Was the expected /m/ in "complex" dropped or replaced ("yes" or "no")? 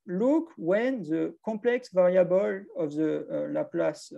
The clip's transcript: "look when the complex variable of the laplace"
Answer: yes